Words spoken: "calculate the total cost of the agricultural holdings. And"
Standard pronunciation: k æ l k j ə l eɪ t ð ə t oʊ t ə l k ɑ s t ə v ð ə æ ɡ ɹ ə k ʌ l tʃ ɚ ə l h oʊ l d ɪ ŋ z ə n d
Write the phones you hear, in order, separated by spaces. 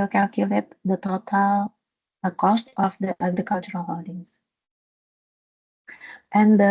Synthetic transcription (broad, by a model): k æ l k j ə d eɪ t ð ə t oʊ t ə l k ɑ s t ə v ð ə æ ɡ ɹ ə k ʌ l tʃ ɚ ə l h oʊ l d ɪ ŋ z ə n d